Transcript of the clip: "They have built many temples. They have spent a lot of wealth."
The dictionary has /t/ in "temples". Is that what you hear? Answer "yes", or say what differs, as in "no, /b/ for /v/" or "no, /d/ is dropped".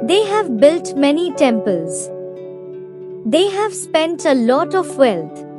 yes